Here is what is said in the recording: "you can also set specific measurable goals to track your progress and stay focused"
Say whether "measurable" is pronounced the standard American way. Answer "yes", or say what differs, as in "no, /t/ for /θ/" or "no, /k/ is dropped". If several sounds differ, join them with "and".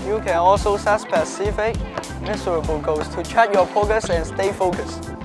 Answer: no, /s/ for /ʒ/